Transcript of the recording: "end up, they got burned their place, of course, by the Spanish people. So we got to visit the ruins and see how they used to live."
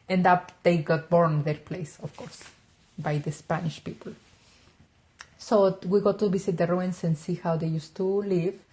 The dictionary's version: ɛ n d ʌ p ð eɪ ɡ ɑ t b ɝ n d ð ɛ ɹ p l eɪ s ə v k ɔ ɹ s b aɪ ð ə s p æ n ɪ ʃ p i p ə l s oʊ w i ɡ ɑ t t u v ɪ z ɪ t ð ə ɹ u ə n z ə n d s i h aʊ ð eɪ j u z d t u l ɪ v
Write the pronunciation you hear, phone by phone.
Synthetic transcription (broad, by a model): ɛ n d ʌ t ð eɪ ɡ ɑ t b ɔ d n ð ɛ ɹ p l eɪ s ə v k ɔ ɹ s b aɪ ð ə s p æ n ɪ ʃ p i p ə l s oʊ w i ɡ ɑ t t u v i s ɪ t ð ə ɹ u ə n s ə n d s i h aʊ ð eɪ j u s t u l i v